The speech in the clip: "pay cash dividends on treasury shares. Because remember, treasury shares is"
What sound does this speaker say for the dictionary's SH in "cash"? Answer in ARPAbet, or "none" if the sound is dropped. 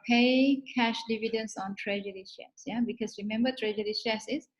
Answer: SH